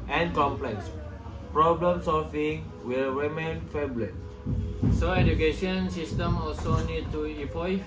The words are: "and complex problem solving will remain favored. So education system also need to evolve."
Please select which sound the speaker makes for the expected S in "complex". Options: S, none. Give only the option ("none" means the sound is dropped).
S